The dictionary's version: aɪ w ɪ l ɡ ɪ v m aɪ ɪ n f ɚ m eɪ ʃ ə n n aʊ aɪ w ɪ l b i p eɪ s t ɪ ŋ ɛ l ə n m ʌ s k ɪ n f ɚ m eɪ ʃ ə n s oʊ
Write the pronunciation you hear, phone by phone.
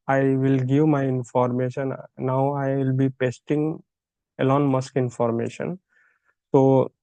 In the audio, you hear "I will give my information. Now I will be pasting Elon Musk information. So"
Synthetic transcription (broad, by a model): aɪ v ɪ l ɡ ɪ v m aɪ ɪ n f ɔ m eɪ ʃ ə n n aʊ aɪ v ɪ l b i p eɪ s t ɪ ŋ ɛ l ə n m ʌ s k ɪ n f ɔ m eɪ ʃ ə n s oʊ